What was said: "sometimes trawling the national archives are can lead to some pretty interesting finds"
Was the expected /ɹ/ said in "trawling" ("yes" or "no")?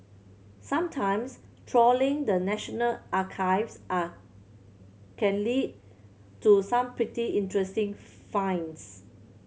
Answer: yes